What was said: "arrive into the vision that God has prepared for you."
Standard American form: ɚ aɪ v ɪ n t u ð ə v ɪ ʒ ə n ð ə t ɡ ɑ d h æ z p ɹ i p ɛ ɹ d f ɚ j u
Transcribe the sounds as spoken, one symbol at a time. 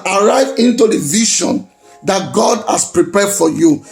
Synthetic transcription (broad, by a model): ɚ aɪ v ɪ n t u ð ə v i ʃ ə n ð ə t ɡ ɑ d h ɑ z p ɹ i p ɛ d f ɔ j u